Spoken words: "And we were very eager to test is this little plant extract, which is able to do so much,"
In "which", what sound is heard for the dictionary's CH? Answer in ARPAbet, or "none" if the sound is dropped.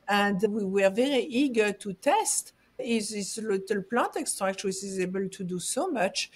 S